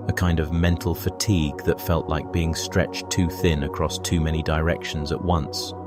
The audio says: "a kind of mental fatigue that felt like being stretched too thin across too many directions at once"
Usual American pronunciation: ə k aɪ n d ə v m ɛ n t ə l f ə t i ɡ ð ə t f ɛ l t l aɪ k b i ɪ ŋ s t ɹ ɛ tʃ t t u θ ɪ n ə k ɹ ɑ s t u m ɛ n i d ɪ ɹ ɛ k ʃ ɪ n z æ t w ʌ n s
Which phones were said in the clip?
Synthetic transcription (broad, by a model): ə k aɪ n d ə v m ɛ n t l f ə t i ɡ ð ə t f ɛ l t l aɪ k b i ɪ ŋ s t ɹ ɛ tʃ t t u θ ɪ n ə k ɹ ɑ s t u m ɛ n i d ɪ ɹ ɛ k ʃ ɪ n z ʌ t w ʌ n s